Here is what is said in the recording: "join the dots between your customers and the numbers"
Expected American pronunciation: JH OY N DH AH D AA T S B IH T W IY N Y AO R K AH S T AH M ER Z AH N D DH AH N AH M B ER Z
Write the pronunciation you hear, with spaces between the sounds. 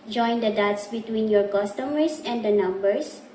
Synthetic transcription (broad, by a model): JH OY N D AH D AA T S B IH T W IY N Y AO R K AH S T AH M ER S AH N D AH N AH M B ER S